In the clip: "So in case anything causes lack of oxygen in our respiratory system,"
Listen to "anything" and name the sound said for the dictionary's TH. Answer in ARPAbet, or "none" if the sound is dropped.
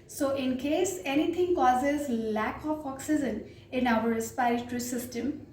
T